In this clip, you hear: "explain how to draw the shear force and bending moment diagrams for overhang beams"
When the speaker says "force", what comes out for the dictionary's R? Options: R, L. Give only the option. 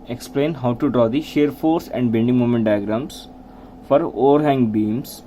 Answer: R